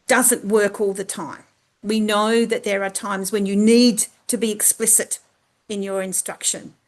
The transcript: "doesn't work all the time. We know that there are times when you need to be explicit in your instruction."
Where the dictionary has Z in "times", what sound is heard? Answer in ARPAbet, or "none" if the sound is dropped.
Z